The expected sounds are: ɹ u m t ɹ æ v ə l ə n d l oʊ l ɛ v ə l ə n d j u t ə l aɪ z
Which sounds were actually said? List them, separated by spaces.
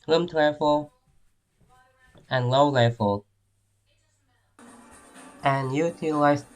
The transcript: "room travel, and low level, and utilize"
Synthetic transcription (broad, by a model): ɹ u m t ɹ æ f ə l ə n l oʊ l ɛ f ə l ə n j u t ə l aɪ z